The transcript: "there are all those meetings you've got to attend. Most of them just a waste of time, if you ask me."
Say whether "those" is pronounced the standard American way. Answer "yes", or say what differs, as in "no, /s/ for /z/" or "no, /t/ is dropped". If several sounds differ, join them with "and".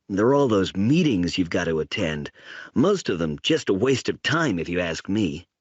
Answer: yes